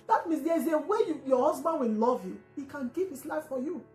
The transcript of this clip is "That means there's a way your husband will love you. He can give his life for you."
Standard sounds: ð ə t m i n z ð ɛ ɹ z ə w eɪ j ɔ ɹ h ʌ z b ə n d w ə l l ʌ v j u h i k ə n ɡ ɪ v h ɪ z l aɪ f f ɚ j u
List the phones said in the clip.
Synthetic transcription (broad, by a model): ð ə t m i n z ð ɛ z ə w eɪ j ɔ h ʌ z b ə n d w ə n l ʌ v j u h i k ə n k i p h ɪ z l aɪ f f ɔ j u